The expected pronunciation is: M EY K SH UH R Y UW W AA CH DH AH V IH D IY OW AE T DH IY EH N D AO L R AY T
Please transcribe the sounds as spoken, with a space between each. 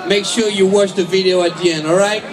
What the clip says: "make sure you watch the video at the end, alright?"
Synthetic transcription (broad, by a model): M EY K SH UH R Y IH W AA CH DH AH V IH D IY OW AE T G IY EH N AO L R AY T